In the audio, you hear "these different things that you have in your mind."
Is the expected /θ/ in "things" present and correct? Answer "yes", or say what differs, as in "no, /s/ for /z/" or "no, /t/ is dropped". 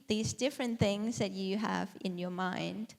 yes